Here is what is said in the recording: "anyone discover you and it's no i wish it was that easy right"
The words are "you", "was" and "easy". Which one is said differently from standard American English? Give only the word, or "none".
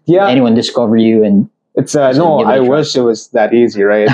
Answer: none